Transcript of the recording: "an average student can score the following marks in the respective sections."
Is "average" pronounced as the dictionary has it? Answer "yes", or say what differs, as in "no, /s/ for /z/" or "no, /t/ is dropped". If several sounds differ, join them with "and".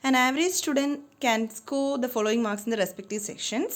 yes